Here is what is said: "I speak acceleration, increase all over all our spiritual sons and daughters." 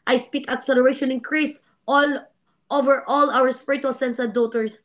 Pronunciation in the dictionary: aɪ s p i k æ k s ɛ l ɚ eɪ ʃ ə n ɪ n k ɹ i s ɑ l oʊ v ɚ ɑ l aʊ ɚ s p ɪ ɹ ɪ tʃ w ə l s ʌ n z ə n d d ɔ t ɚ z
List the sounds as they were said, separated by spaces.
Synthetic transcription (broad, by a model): aɪ s p i k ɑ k s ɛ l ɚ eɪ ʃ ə n ɪ n k ɹ i s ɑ l oʊ v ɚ ɑ l aʊ ɚ s p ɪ ɹ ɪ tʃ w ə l s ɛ n s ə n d d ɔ t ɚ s